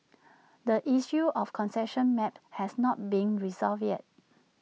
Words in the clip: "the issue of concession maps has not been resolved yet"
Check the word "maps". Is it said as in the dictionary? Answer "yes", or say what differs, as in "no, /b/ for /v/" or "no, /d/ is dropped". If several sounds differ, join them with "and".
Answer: no, /s/ is dropped